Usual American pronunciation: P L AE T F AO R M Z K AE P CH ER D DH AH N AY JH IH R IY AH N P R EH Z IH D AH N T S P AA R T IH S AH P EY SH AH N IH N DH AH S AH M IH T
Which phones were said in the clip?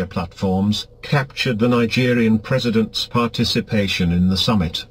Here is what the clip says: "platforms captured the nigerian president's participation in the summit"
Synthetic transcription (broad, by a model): P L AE T F AO R M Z K AE P CH ER D DH AH N AY JH IH R IY AH N P R EH Z IH D AH N T S P AA R T IH S AH P EY SH AH N IH N DH AH S AH M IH T